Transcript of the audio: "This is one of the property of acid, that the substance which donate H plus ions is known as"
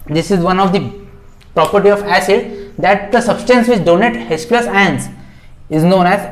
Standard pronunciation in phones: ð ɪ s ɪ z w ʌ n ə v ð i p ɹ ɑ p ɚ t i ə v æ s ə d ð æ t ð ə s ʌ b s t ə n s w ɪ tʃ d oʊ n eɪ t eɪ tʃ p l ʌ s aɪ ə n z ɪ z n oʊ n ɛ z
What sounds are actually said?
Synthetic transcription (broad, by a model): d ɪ s ɪ z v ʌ n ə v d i p ɹ ɑ p ɚ t i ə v æ s ə d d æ t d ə s ʌ b s t ə n s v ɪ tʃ d oʊ n eɪ t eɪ s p l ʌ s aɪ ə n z ɪ z n oʊ n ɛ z